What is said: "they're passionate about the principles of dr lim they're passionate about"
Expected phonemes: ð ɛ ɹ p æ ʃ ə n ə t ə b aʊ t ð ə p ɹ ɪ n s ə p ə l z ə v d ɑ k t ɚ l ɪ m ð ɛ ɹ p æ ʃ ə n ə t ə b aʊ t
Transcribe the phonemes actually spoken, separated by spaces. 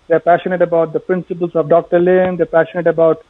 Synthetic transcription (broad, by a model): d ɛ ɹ p æ ʃ ə n ə t ə b aʊ t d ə p ɹ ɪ n s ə p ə l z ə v d ɑ k t ɚ l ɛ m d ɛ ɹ p æ ʃ ə n ə t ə b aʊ t